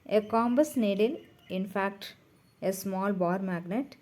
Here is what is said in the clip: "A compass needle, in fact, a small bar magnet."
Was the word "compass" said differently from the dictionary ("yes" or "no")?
yes